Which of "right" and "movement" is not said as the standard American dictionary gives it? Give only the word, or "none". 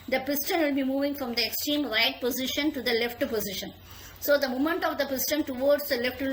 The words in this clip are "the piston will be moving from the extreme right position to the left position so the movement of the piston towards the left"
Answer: movement